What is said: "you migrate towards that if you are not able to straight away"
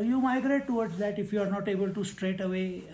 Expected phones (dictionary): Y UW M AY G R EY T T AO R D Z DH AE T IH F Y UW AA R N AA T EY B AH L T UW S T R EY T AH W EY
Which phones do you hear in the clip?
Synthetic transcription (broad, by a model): Y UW M AY G R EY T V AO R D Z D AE T IH F Y UW AA R N AA T EY B AH L T UW S T R EY T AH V EY